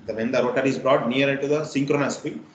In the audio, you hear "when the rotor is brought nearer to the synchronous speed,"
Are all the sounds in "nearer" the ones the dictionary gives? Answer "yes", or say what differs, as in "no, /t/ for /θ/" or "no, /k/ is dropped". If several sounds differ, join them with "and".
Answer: no, /ɹ/ is dropped